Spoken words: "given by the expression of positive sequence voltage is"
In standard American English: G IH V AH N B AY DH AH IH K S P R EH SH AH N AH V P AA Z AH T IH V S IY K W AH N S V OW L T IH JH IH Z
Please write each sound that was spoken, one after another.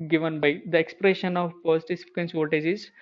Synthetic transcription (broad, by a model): G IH V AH N B AY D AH IH K S P R EH SH AH N AH V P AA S T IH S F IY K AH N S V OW T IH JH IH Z